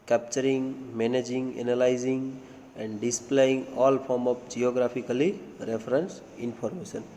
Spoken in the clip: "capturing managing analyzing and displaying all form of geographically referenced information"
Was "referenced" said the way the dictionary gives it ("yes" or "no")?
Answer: no